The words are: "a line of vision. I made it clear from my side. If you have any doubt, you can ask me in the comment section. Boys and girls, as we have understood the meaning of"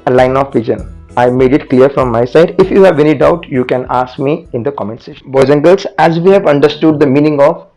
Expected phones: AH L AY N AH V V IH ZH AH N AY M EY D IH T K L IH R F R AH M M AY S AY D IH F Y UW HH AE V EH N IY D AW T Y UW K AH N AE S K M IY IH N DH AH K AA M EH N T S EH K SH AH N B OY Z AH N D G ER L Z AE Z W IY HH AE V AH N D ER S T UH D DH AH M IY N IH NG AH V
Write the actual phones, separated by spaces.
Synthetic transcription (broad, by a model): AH L AY N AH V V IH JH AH N AY M EY D IH T K L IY R F R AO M M AY S AY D IH F Y UW HH AE V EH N IY D AW T Y UW K AH N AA S K M IY IH N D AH K AA M EH N T S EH SH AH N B OY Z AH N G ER L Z AE Z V IY HH AE V AH N D ER S T UH D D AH M IY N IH NG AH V